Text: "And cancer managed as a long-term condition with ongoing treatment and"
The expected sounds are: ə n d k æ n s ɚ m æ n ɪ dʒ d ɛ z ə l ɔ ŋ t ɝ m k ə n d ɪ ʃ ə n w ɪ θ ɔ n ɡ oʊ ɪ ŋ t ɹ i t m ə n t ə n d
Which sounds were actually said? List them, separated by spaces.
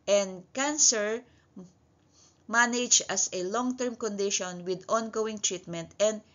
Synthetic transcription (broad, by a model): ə n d k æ n s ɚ m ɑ n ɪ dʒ ʌ s ə l ɔ ŋ t ɝ m k ə n d ɪ ʃ ə n w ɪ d ɔ n ɡ oʊ ɪ ŋ t ɹ i t m ə n t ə n d